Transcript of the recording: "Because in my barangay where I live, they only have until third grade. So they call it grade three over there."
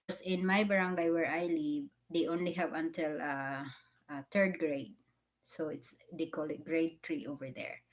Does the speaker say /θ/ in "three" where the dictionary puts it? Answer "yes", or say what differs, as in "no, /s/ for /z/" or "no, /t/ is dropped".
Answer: no, /t/ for /θ/